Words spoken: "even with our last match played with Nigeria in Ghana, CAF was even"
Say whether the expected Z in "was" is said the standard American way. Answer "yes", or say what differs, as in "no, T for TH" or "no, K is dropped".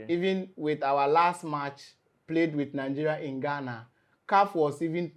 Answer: no, S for Z